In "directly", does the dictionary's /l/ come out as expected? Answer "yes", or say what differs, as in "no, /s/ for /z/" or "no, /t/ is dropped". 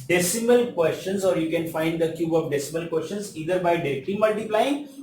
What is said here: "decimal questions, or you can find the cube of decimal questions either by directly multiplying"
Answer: no, /l/ is dropped